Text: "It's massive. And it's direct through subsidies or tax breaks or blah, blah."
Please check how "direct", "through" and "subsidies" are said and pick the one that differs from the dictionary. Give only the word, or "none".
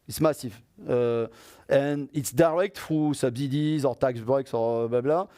through